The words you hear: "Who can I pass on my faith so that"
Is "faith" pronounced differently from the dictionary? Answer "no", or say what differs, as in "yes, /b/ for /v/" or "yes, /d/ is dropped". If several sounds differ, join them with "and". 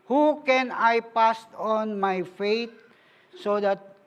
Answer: yes, /t/ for /θ/